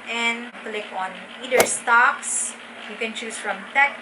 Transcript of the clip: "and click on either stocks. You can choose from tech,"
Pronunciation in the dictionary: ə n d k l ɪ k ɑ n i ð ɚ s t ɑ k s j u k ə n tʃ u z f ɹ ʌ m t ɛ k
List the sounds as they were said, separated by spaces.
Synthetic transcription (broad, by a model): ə n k l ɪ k ɑ n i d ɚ s t ɑ k s j u k ə n tʃ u s f ɹ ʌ m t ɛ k